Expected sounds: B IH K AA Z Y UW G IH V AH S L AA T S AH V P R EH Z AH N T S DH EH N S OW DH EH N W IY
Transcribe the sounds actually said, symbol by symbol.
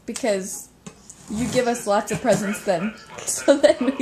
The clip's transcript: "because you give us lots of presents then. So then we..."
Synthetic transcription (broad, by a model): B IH K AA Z Y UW G IH V AH S L AA T S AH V P R EH Z AH N T S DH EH N S OW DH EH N